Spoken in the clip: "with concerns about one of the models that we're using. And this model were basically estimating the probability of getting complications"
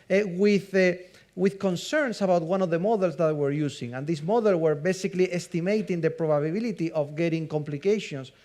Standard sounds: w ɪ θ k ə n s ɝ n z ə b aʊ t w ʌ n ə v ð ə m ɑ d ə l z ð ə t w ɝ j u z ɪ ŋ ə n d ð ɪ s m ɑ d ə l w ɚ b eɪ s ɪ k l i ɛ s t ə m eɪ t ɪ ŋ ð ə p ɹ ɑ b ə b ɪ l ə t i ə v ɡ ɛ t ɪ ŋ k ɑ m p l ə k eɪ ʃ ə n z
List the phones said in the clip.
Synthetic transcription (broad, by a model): w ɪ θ k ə n s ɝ n s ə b aʊ t w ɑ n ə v ð ə m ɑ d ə l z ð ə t w ɝ j u s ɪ ŋ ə n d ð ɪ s m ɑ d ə l w ɚ b eɪ s ɪ k l i ɛ s t ə m eɪ t ɪ ŋ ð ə p ɹ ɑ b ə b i l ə t i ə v ɡ ɛ t ɪ ŋ k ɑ m p l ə k eɪ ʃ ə n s